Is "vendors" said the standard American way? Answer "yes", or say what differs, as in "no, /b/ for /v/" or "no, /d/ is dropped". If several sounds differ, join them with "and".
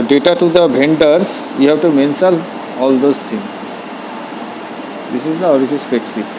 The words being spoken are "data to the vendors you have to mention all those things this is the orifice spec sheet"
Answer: no, /b/ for /v/